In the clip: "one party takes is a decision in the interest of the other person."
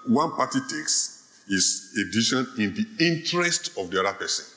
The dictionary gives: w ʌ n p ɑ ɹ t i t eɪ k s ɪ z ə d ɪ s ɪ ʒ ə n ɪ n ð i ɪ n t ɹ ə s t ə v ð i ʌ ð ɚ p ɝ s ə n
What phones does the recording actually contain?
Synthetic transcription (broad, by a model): w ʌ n p ɑ t i t eɪ k s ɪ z ə d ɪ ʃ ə n ɪ n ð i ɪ n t ɹ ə s t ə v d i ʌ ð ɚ p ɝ s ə n